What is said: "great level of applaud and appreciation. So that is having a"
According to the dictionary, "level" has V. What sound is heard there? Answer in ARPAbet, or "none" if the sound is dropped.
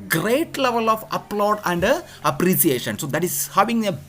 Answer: V